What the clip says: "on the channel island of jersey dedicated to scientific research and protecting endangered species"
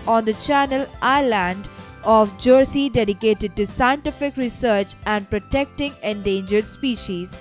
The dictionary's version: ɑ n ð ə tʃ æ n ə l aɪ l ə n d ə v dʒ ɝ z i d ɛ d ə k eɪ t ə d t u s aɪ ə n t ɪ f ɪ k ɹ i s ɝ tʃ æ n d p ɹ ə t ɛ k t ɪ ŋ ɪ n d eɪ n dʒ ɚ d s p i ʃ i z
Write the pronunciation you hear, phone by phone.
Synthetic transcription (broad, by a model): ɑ n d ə tʃ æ n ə l aɪ l ə n d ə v dʒ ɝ s i d ɛ d ə k eɪ t ə d t u s aɪ ə n t ɪ f ɪ k ɹ i s ɝ tʃ æ n d p ɹ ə t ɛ k t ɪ ŋ ɪ n d eɪ n dʒ ɚ d s p i ʃ i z